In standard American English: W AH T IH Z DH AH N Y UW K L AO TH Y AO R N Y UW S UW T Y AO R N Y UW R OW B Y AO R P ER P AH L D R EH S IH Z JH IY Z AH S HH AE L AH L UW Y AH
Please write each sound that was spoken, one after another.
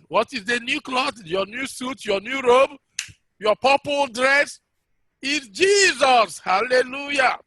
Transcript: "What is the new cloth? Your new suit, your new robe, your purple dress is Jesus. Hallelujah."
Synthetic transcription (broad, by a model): W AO T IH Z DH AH N Y UW K L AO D Y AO N Y UW S UW T Y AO N Y UW R OW B Y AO P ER P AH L D R EH S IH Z JH IY Z AH S HH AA L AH L UW Y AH